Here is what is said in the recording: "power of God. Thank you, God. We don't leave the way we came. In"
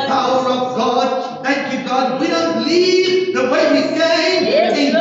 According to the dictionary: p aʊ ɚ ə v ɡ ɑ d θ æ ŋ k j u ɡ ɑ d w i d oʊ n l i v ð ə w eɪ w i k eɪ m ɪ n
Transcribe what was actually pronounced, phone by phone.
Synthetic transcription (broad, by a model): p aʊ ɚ ə v ɡ ɑ d θ æ ŋ k j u ɡ ɑ d w i d oʊ n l i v ð ə w eɪ w i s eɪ ɪ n